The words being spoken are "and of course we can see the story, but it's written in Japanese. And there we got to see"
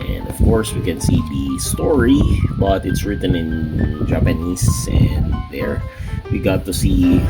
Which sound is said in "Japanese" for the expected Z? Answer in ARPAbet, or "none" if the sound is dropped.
S